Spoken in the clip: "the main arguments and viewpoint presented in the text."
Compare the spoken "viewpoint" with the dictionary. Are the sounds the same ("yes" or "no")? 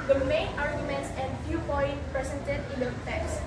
no